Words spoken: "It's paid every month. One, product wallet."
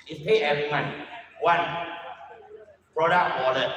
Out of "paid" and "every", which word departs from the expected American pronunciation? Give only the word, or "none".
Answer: paid